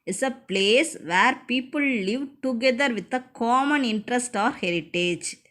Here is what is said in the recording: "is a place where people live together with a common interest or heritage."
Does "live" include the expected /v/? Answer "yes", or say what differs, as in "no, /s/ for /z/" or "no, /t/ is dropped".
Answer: yes